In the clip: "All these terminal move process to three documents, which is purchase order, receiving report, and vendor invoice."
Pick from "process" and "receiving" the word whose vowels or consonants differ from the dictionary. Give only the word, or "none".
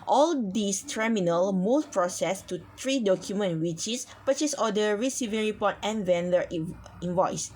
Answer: none